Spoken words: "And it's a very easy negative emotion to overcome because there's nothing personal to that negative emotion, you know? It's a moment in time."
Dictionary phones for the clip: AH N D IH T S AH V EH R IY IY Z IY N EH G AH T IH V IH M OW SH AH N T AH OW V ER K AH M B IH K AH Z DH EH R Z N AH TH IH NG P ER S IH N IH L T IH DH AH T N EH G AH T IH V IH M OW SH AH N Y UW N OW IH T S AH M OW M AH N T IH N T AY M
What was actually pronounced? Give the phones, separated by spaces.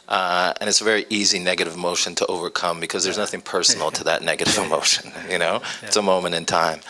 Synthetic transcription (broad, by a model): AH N IH T S AH V EH R IY IY Z IY N EH G AH T IH V M OW SH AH N T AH OW V ER K AH M B IH K AH Z DH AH R Z N AH TH IH NG P ER S N L T IH DH AH T N EH G AH T IH V IH M OW SH AH N Y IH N OW IH T S AH M OW M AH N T IH N T AY M